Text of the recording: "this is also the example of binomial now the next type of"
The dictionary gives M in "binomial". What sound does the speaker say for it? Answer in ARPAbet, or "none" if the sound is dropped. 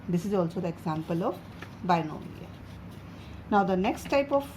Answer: none